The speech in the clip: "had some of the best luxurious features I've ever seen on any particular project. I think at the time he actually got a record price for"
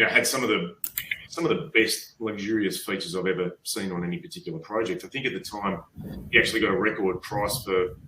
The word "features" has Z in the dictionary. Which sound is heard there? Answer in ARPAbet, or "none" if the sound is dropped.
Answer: Z